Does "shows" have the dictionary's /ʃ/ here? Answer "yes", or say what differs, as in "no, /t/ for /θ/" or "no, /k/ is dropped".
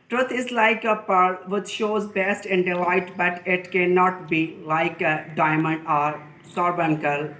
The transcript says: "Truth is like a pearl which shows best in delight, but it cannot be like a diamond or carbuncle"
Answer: yes